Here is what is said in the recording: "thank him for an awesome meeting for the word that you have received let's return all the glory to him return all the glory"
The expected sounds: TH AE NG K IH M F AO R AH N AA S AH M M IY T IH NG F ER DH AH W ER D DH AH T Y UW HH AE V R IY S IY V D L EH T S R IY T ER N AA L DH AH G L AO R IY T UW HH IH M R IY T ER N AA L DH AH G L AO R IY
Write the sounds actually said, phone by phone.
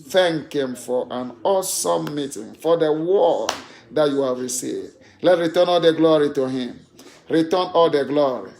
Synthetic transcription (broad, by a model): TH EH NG K IH M F AO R AH N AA S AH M M IY T IH NG F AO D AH W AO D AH T Y UW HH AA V R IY S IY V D L EH T R IY T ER N AA L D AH G L AO R IY T UW HH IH M R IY T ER N AA L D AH G L AO R IY